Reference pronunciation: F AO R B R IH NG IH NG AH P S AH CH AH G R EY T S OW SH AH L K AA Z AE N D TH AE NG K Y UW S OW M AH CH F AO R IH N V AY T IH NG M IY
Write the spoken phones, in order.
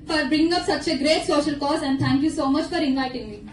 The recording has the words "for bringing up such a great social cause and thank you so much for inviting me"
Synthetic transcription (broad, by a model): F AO R B R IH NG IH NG AH P S AH CH AH G R EY T S OW SH AH L K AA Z AE N D T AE NG K Y UW S OW M AH CH F AO R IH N AY T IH NG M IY